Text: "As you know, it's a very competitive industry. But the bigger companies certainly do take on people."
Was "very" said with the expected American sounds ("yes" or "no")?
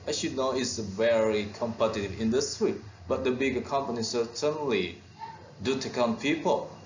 yes